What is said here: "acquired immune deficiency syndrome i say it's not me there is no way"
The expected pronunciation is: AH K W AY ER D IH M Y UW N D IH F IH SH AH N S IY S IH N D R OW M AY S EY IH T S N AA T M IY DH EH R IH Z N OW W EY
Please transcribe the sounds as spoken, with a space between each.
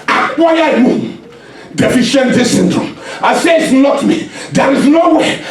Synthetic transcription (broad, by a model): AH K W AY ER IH Y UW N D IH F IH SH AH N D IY S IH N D R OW M AY S EY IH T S N AA T M IY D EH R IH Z N OW W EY